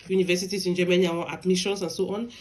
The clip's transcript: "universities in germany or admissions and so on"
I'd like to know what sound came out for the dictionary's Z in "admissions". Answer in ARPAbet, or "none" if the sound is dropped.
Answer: S